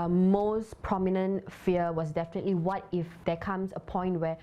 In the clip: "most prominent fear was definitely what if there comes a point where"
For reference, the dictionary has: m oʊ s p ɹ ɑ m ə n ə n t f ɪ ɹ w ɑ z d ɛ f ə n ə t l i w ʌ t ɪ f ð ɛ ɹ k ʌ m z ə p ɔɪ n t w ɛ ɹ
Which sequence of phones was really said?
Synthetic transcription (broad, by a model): m oʊ s p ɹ ɑ m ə n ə n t f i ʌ w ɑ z d ɛ f ə n ə t l i w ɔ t ɪ f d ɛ k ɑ m s ə p ɔɪ n t w ɛ